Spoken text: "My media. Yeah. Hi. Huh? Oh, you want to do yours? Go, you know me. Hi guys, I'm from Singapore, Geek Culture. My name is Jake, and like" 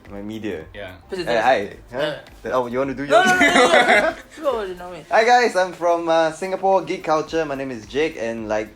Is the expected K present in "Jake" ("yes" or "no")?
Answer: yes